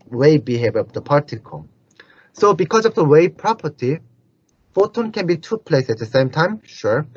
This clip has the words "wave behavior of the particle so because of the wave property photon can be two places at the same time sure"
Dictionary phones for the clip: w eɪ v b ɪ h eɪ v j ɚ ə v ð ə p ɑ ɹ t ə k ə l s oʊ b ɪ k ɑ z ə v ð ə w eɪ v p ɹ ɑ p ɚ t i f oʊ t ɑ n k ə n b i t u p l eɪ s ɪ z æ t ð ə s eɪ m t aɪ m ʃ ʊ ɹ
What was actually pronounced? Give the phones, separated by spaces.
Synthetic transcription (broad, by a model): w eɪ b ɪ h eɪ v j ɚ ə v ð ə p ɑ ɹ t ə k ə s oʊ b ɪ k ɑ z ə v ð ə w eɪ p ɹ ɑ p ɚ t i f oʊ t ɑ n k ə n b i t u p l eɪ ɪ s æ t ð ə s eɪ m t aɪ m ʃ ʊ ɹ